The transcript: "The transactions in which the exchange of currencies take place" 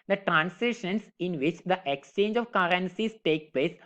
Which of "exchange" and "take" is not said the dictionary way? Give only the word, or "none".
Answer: none